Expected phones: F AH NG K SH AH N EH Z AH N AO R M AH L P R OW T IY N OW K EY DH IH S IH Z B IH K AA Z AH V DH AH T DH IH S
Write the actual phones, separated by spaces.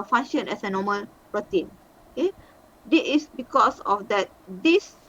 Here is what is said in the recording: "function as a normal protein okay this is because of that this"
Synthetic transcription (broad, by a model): F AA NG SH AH N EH S AH N AO M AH L P R OW T IY N OW K EY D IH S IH S B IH K AA S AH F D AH T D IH S